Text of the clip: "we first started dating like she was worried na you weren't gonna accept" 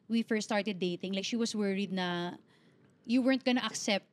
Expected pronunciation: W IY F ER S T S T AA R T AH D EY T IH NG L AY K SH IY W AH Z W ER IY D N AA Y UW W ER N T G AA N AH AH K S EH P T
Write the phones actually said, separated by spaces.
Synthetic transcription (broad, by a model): W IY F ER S S T AA R T AH D EY T IH NG L AY K SH IY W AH S W ER IY D N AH Y UW W ER N T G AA N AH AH K S EH P T